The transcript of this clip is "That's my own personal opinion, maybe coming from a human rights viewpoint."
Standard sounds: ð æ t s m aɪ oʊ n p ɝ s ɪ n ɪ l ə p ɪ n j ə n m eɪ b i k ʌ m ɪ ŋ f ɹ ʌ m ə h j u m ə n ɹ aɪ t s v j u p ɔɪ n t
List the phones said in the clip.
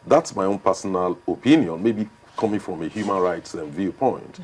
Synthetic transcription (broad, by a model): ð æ t s m aɪ oʊ n p ɝ s ɪ n ɪ l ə p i n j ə n m eɪ b i k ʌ m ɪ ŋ f ɹ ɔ m ə h j u m ə n ɹ aɪ t s v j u p ɔɪ n t